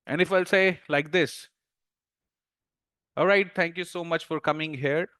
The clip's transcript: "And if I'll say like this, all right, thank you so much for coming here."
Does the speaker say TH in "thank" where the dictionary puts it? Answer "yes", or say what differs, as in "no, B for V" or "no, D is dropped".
no, T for TH